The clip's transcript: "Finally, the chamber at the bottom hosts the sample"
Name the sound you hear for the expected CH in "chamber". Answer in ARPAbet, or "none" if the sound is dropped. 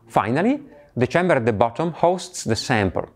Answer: CH